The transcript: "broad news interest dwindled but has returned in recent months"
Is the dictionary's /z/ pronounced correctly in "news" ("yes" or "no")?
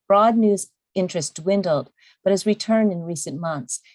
yes